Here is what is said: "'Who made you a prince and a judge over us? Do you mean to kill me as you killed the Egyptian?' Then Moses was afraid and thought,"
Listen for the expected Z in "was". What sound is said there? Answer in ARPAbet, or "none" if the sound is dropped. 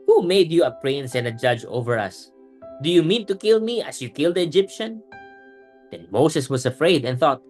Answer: S